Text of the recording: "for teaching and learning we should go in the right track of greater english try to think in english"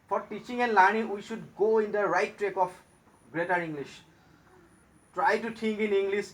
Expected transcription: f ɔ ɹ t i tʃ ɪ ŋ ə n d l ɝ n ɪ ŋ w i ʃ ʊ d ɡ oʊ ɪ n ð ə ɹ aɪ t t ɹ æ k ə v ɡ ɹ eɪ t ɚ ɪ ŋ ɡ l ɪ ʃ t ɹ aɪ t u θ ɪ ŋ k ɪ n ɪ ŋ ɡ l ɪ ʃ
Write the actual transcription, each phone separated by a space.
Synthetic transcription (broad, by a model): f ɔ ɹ t i tʃ ɪ ŋ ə n l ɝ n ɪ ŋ w i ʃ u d ɡ oʊ ɪ n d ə ɹ aɪ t t ɹ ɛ k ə f ɡ ɹ eɪ t ɚ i ŋ ɡ l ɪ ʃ t ɹ aɪ t u t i ŋ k ɪ n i ŋ ɡ l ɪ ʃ